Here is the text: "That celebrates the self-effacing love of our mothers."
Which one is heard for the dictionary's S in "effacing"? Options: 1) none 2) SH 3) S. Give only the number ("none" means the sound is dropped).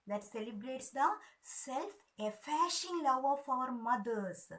2